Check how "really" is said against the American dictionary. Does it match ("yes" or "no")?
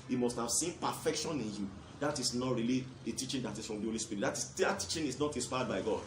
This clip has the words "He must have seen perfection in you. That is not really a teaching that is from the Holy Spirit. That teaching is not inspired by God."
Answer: yes